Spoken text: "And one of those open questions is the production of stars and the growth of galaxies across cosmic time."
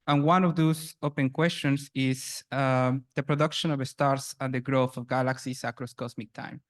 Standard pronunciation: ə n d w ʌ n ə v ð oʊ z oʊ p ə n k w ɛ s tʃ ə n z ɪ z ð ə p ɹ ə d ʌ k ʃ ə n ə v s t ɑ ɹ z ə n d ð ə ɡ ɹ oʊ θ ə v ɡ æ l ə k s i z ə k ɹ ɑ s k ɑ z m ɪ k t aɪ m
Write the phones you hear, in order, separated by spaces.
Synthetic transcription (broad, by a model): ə n w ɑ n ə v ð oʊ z oʊ p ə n k w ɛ s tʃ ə n s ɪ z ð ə p ɹ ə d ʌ k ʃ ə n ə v s t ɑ ɹ s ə n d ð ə ɡ ɹ oʊ θ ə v ɡ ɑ l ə k s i s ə k ɹ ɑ s k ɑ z m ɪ k t aɪ m